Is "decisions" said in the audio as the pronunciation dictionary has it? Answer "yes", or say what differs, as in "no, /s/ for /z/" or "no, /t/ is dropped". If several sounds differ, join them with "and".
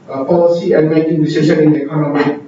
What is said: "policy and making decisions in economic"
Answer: no, /ʃ/ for /ʒ/ and /z/ is dropped